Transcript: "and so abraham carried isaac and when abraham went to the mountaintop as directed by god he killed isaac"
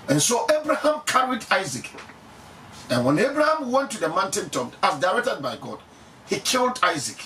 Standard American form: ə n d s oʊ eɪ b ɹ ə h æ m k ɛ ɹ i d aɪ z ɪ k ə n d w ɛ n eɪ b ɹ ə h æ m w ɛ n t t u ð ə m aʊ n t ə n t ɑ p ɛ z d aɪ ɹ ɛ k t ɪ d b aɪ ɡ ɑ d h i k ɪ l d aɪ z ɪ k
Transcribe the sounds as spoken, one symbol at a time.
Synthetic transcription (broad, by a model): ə n s oʊ eɪ b ɹ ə h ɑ m k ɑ ɹ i d aɪ z ɪ k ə n w ɛ n eɪ b ɹ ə h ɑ m w ɛ n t t u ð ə m aʊ n t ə n t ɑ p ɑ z d aɪ ɹ ɛ k t ɪ d b aɪ ɡ ɑ d h i k ɪ l d aɪ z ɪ k